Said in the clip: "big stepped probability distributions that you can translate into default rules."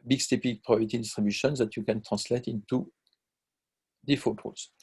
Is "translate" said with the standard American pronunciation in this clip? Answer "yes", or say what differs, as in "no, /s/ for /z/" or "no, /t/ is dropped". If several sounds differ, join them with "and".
no, /n/ is dropped